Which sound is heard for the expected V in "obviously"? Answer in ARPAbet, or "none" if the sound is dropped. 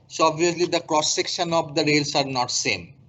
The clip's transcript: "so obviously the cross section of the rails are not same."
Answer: none